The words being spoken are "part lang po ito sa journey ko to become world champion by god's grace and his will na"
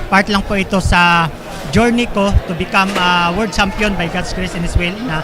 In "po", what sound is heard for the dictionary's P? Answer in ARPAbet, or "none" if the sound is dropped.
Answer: P